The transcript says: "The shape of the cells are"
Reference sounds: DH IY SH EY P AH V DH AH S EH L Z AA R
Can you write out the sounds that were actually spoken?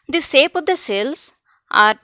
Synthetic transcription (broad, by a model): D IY S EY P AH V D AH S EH L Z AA R